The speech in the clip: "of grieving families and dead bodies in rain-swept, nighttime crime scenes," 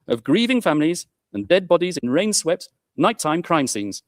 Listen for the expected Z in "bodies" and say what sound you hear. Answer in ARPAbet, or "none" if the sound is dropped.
Z